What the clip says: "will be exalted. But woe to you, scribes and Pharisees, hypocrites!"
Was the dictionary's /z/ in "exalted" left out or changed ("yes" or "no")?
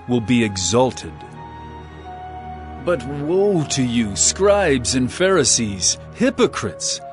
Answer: no